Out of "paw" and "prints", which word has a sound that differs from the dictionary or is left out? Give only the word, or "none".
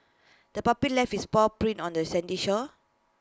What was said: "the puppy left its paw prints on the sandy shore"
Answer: prints